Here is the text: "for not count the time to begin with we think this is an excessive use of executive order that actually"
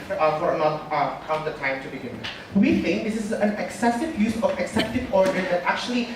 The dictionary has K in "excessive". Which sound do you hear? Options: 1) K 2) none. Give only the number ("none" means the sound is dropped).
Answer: 1